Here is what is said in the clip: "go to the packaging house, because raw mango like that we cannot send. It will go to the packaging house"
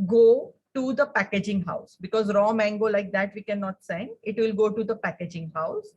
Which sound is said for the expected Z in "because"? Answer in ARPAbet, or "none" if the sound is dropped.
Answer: Z